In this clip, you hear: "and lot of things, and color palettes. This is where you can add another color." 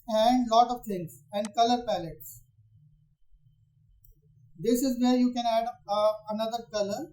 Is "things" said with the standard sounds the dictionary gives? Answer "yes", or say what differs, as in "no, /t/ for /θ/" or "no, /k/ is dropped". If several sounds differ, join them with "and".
no, /t/ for /θ/